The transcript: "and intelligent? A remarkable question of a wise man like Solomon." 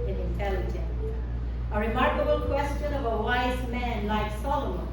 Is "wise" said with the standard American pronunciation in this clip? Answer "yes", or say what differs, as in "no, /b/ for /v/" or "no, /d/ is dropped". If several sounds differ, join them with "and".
yes